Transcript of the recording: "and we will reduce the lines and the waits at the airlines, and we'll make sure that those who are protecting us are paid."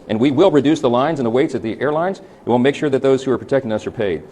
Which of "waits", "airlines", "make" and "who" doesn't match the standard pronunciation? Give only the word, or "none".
none